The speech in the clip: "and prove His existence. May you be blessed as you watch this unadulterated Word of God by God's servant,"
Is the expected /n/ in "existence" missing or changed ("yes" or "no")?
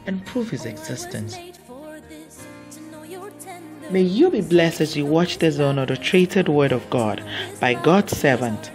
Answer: no